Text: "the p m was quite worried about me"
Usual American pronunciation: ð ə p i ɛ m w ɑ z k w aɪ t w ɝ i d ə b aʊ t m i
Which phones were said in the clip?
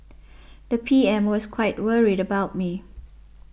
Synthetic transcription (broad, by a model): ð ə p i ɛ m w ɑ s k w aɪ t w ɝ i d ə b aʊ t m i